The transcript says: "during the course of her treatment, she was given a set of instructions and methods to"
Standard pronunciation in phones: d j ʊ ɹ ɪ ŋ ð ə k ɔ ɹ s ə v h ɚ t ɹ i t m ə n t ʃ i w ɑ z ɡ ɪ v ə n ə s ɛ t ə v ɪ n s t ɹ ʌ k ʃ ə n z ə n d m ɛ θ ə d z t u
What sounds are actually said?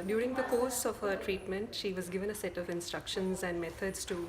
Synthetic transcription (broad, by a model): d j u ɹ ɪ ŋ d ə k ɔ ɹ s ə v h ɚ t ɹ i t m ə n t ʃ i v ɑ z ɡ ɪ v ə n ə s ɛ t ə v ɪ n s t ɹ ʌ k ʃ ə n z ə n d m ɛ t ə d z t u